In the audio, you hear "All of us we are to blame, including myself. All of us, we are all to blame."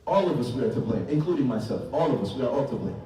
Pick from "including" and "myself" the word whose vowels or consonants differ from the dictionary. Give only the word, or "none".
none